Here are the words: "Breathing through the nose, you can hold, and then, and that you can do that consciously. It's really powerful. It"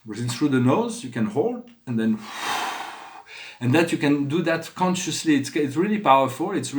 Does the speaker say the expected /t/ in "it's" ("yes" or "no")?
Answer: yes